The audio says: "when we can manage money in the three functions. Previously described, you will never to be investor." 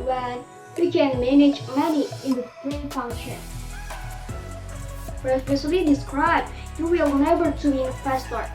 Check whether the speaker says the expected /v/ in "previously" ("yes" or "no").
no